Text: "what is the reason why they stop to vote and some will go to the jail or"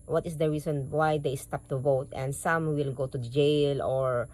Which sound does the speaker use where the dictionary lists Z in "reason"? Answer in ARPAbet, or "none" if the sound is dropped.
S